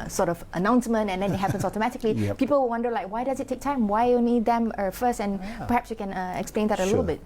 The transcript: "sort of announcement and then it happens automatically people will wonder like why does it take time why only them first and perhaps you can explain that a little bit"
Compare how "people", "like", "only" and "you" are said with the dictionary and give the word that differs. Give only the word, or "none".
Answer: only